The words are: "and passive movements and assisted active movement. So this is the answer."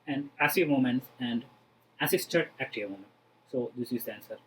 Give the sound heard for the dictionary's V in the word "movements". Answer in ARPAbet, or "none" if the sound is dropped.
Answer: none